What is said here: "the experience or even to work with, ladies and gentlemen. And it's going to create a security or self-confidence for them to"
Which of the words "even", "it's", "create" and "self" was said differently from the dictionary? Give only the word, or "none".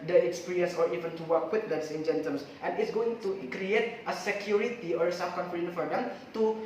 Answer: self